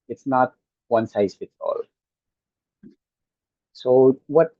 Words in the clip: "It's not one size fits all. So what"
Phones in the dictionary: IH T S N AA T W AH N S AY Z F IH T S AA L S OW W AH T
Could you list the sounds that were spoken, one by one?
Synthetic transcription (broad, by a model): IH T S N AA T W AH N S AY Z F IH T AA L S OW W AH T